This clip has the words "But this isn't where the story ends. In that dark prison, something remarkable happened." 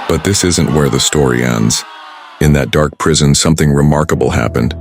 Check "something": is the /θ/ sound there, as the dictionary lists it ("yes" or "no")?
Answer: yes